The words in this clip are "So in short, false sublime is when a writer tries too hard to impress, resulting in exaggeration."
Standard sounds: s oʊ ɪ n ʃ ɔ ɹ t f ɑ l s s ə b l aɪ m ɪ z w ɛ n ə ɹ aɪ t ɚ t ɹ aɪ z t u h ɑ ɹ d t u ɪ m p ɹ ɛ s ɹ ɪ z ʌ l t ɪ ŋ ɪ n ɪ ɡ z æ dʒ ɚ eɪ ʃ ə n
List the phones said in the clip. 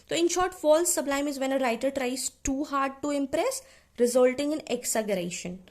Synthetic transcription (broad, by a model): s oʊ ɪ n ʃ ɔ ɹ t f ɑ l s s ə b l aɪ m ɪ z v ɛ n ə ɹ aɪ t ɚ t ɹ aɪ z t u h ɑ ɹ d t u ɪ m p ɹ ɛ s ɹ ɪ z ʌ l t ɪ ŋ ɪ n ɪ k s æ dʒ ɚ eɪ ʃ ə n